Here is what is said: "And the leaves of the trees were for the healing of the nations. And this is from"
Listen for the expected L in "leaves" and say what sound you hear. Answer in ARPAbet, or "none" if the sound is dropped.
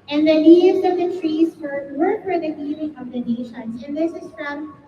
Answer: N